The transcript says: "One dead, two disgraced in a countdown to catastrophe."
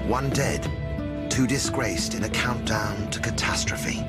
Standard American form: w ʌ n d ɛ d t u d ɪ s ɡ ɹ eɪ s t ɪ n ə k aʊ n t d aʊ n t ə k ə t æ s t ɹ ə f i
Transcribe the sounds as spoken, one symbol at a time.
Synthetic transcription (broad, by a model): w ʌ n d ɛ d t u d ɪ s ɡ ɹ eɪ s t ɪ n ə k aʊ n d aʊ n t ə k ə t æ s t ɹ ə f i